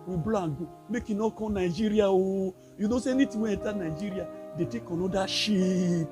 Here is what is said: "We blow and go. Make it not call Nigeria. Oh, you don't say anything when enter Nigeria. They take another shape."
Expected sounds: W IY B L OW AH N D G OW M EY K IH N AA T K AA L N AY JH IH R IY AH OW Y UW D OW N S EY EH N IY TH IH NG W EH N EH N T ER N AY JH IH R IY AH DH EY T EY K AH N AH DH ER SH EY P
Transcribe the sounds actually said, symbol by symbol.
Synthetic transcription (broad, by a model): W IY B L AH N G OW M EY K IH N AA K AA N AY JH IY R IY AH OW Y UW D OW S EY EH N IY T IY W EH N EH T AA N AY JH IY R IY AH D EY T EY K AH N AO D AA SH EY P